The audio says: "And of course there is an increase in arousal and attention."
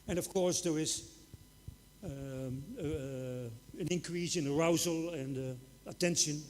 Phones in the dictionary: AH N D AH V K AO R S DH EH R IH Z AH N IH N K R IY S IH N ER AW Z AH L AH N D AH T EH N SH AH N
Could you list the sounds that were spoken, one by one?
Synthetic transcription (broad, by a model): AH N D AH V K AO R S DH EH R IH Z AH N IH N K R IY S IH N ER AW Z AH L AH N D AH T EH N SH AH N